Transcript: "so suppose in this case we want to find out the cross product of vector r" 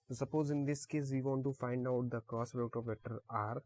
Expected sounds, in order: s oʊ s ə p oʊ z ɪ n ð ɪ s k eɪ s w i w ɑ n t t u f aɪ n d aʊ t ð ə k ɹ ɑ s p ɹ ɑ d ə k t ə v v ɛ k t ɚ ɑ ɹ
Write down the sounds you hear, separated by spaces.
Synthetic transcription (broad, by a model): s s ə p oʊ z ɪ n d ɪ s k eɪ s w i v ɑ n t t u f aɪ n d aʊ t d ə k ɑ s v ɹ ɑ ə t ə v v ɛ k t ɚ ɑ ɹ